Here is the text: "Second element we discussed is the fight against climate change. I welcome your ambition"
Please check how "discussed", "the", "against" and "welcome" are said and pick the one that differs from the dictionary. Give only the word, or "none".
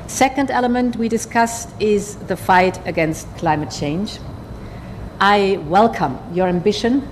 none